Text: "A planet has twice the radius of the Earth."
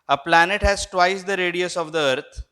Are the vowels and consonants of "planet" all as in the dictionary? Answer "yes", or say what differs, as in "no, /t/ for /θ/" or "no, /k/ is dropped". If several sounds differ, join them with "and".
yes